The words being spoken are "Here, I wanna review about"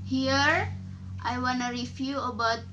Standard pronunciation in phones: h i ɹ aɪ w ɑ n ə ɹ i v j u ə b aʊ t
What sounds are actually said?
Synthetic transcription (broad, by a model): h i ɹ aɪ w ɑ n ə ɹ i f j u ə b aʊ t